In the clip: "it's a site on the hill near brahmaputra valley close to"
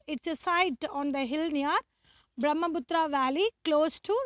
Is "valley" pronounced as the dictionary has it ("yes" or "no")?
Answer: yes